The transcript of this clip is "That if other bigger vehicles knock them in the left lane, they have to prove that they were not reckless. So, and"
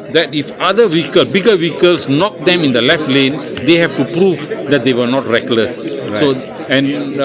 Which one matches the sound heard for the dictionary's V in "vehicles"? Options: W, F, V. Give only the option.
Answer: W